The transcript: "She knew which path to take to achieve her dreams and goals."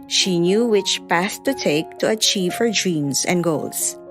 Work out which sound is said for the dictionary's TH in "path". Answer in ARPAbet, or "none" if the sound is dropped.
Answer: S